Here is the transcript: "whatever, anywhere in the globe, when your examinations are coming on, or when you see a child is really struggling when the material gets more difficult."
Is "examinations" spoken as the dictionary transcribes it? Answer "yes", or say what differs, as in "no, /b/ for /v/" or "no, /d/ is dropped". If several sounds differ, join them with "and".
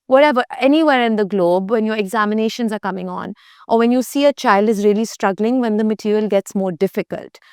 yes